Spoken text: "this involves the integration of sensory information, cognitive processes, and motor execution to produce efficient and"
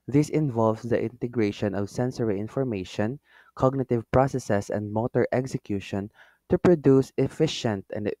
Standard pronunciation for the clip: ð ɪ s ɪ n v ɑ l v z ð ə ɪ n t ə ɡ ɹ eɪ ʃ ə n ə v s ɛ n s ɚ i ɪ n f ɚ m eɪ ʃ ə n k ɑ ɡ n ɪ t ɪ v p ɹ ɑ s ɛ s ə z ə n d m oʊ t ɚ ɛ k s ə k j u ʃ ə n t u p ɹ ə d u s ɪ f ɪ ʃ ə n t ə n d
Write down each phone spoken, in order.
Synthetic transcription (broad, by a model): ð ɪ s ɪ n v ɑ l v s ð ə ɪ n t ə ɡ ɹ eɪ ʃ ə n ə v s ɛ n s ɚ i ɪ n f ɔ m eɪ ʃ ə n k ɑ ɡ n ɪ t ɪ v p ɹ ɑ s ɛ s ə s ə n d m oʊ t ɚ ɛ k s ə k j u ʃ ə n t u p ɹ ə d u s ɪ f ɪ ʃ ə n t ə n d